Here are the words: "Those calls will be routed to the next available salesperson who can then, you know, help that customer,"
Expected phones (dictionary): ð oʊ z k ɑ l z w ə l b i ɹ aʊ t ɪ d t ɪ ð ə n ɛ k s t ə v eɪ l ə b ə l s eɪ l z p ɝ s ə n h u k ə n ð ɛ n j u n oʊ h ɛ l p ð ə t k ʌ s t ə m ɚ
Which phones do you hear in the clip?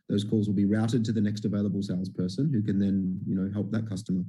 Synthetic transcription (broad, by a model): ð oʊ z k ɑ l z w ə l b i ɹ aʊ t ɪ d t ɪ ð ə n ɛ k s t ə v eɪ l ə b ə l s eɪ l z p ɝ s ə n h u k ə n ð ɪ n j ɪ n oʊ h ɛ l p ð ə t k ʌ s t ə m ɚ